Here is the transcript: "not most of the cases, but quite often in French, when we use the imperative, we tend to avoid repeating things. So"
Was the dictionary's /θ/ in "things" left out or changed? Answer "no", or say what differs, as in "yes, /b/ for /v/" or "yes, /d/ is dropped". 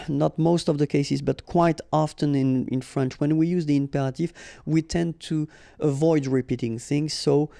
no